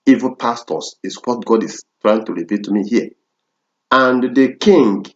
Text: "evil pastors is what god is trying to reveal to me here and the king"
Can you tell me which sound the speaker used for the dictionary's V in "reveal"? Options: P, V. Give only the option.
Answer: P